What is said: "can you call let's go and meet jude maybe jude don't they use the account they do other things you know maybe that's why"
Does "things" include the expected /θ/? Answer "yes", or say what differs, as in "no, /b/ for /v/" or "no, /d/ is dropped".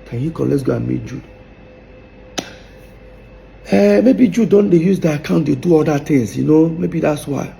no, /t/ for /θ/